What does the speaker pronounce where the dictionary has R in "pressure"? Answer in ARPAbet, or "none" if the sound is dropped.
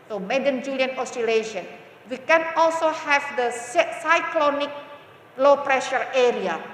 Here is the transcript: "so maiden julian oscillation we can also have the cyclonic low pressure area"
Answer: R